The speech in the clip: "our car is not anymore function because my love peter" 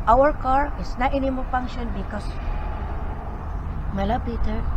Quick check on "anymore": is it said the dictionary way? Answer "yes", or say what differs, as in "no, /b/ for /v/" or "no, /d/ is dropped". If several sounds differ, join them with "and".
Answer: no, /l/ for /ɹ/